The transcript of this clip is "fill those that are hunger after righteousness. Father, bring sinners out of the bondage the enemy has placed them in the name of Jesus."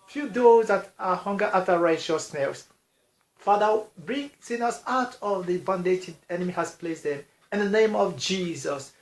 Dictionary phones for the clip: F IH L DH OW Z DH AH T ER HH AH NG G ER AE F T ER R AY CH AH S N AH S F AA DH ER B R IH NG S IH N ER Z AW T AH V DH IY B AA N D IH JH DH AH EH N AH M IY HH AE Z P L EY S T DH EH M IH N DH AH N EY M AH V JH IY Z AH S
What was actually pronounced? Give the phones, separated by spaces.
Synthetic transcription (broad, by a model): F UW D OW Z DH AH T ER HH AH NG G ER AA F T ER R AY SH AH S N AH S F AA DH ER B R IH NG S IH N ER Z AW T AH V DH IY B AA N D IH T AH EH N AH M IY HH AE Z P L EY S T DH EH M IH N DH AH N EY M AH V JH IY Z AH S